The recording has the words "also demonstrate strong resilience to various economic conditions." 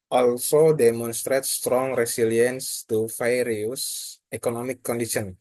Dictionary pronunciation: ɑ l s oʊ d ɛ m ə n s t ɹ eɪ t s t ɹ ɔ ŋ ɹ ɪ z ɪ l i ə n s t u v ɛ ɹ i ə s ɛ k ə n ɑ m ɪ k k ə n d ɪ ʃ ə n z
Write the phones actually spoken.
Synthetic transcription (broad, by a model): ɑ l s oʊ d ɛ m ə n s t ɹ eɪ t s t ɹ ɔ ŋ ɹ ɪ s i l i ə n s t u f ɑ ɹ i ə s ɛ k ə n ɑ m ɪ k k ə n d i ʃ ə n